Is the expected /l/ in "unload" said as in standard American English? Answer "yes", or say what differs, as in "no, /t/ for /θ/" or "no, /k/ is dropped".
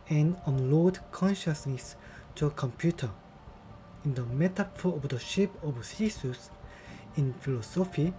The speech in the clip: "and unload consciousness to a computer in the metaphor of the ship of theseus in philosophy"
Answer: yes